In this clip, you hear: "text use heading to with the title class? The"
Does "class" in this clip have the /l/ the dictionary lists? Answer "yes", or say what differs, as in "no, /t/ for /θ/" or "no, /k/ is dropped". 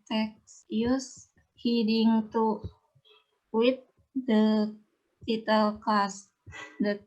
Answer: no, /l/ is dropped